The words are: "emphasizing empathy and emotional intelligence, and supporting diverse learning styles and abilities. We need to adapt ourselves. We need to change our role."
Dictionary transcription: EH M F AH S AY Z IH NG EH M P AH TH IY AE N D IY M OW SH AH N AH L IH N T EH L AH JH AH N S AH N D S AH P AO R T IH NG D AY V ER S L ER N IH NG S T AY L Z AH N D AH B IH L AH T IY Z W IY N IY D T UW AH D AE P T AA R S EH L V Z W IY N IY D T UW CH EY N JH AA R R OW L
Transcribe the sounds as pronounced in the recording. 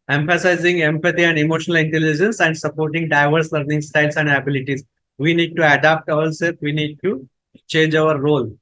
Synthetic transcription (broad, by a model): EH M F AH S AY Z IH NG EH M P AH T IY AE N D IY M OW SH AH N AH L IH N T EH L AH JH AH N S AH N D S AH P AO R T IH NG D AY V ER S L ER N IH NG S T AY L S AH N D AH B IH L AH T IY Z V IY N IY D T UW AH D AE P T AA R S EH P V IY N IY D T UW CH EY N JH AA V R OW L